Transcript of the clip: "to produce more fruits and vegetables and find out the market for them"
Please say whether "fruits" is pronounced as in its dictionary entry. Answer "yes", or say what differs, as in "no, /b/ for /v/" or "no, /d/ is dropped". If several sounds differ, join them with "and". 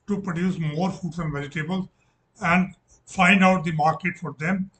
no, /ɹ/ is dropped